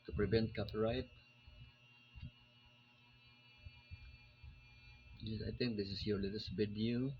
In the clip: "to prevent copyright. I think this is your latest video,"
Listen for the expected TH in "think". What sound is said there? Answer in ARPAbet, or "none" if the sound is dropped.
T